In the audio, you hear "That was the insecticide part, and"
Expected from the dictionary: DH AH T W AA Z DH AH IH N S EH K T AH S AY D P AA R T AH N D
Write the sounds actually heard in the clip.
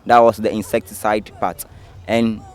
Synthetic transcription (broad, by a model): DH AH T W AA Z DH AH IH N S EH K T AH S AY D P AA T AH N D